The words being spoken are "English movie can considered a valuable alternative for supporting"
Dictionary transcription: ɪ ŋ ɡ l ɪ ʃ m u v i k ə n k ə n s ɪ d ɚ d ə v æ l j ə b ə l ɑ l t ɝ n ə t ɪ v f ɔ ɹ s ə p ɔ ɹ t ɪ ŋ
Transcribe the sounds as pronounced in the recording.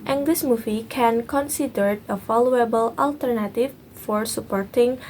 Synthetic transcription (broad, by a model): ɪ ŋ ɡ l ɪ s m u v i k ə n k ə n s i d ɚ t ə f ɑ l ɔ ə b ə l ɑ l t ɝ n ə t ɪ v f ɔ ɹ s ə p ɔ ɹ t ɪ ŋ